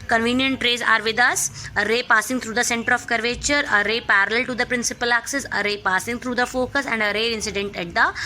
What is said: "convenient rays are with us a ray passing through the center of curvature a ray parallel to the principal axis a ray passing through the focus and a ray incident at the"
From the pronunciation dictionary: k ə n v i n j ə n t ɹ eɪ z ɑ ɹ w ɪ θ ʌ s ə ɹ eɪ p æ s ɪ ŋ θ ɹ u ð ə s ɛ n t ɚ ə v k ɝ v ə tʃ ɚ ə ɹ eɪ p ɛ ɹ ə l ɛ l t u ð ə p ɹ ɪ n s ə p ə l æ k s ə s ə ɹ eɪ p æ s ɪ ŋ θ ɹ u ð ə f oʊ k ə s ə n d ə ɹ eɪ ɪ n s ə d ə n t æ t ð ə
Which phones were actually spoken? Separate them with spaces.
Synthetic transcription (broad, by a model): k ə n v i n j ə n t ɹ eɪ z ɑ ɹ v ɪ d ʌ s ə ɹ eɪ p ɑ s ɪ ŋ t ɹ u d ə s ɛ n t ɚ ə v k ɝ v ə tʃ ɚ ə ɹ eɪ p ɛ ɹ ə l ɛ l t u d ə p ɹ ɪ n s ə p ə l æ k s ə s ə ɹ eɪ p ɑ s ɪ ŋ t ɹ u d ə f oʊ k ə s ə n d ə ɹ eɪ ɪ n s ə d ə n t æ t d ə